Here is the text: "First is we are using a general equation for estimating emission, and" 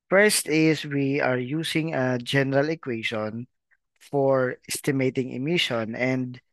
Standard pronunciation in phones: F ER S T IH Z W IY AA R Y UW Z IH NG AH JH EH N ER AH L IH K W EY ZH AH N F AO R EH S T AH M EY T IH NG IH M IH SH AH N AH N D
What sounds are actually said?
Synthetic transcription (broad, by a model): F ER S T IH S W IY AA R Y UW S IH NG AH JH EH N ER AH L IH K W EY SH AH N F AO R EH S T AH M EY T IH NG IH M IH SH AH N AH N D